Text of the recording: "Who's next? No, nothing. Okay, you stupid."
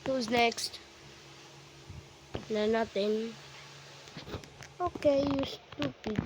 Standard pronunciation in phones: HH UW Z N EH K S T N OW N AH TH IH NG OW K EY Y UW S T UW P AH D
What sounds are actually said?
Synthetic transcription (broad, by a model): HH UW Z N EH K S T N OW N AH T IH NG OW K EY Y UW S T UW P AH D